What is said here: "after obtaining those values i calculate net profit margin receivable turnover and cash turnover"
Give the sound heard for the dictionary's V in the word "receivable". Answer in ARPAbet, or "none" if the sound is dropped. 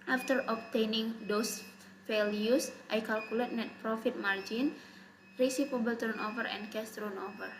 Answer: P